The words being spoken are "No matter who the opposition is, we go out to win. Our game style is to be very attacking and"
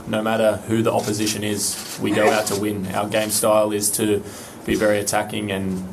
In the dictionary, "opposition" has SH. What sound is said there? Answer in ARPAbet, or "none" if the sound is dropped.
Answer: SH